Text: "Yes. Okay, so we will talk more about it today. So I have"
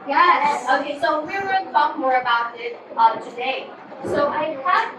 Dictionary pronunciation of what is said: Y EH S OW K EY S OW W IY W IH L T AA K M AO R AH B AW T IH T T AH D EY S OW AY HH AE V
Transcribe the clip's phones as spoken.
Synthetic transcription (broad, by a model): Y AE OW K EY S OW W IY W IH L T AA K M AO R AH B AW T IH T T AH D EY S OW AY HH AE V